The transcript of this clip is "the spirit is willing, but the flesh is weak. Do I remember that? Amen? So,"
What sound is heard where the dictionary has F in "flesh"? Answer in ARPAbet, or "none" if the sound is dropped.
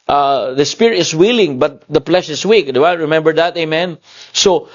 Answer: P